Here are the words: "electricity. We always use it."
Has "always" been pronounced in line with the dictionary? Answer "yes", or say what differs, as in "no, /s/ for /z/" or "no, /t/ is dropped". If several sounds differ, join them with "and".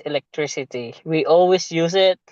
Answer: no, /s/ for /z/